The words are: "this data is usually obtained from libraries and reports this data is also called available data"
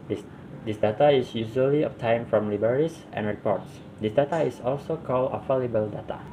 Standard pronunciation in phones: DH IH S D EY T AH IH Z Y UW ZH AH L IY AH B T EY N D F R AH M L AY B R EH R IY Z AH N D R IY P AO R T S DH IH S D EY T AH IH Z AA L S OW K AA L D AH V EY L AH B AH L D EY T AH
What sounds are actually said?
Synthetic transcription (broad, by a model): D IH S D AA T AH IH S Y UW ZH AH L IY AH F T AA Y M F R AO M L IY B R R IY S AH N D R IY P AO R T S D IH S D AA T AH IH S AA L S OW K AA L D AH F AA L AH B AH L D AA T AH